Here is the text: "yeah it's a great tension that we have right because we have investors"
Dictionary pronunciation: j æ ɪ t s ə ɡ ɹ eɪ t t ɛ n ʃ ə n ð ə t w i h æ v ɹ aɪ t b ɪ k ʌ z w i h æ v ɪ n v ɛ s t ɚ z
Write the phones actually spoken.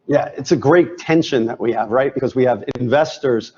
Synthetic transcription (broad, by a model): j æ ɪ t s ə ɡ ɹ eɪ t t ɛ n ʃ ə n ð ə t w i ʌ v ɹ aɪ t b ɪ k ʌ z w i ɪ v ɪ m v ɛ s t ɚ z